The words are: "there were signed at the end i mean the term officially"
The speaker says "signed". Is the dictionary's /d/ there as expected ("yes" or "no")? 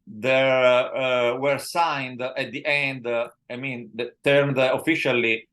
yes